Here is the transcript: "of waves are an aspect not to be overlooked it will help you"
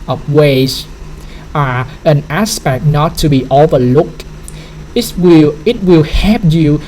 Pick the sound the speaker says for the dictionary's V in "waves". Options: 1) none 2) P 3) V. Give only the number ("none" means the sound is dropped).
1